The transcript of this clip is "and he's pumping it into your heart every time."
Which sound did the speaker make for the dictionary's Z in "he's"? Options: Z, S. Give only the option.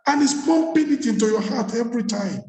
S